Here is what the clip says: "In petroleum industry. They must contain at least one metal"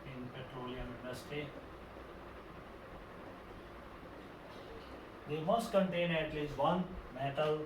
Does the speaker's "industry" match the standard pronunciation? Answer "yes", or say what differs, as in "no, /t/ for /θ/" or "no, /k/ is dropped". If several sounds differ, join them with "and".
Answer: no, /ɹ/ is dropped